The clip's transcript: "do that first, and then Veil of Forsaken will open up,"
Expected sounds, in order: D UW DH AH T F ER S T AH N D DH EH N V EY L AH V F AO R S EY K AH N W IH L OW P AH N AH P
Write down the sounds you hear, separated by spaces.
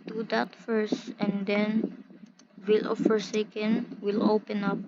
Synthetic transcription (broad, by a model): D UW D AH T F ER S T AH N D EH N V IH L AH F AO R S EY K AH N W IH L OW P AH N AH P